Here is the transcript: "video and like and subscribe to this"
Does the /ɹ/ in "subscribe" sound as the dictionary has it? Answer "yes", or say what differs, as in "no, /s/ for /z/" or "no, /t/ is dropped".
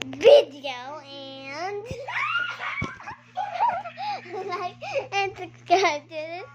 no, /ɹ/ is dropped